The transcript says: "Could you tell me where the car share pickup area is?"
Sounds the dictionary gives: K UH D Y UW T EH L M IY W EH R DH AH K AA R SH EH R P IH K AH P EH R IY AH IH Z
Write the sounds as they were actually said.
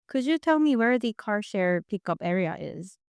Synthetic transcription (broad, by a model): K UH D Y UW T EH L M IY W EH R DH AH K AA R SH EH R P IH K AH P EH R IY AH IH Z